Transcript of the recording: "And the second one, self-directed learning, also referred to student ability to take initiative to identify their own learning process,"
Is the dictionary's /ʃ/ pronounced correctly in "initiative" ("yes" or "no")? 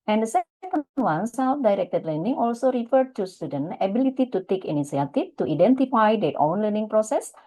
no